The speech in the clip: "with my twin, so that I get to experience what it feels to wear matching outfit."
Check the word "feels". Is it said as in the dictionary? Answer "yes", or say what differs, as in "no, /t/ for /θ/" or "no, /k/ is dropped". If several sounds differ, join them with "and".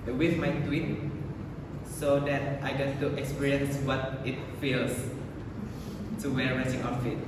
no, /s/ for /z/